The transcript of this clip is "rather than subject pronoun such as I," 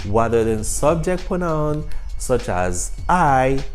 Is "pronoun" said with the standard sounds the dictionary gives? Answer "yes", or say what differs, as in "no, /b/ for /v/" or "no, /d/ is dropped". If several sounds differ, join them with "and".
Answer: no, /ɹ/ is dropped